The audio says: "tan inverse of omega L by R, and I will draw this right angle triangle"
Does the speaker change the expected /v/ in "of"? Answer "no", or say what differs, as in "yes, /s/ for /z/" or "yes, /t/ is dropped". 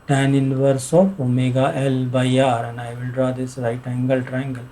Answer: yes, /p/ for /v/